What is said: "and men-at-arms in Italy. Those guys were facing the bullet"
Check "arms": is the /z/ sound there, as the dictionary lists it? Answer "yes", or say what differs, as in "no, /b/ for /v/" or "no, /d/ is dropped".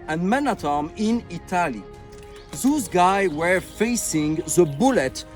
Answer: no, /z/ is dropped